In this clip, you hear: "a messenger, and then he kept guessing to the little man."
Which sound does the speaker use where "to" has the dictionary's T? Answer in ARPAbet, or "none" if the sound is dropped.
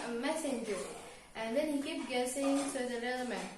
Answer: S